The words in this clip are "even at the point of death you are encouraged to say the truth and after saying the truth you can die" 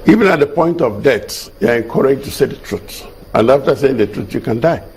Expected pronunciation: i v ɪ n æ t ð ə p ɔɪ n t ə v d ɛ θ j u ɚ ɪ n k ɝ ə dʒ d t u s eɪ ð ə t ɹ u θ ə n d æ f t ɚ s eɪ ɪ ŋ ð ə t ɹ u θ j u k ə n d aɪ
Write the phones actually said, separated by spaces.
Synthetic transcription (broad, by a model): i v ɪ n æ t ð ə p ɔɪ n t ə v d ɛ s j u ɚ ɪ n k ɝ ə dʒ t u s eɪ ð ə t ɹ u s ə n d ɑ f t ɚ s eɪ ɪ ŋ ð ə t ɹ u s j u k ə n d aɪ